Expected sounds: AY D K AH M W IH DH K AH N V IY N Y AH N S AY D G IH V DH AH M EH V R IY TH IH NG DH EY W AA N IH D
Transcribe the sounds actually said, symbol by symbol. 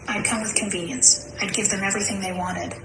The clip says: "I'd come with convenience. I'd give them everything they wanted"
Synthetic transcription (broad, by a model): AY D K AH M W IH DH K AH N V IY N Y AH N S AY D G IH V DH AH M EH V R IY TH IH NG DH EY W AA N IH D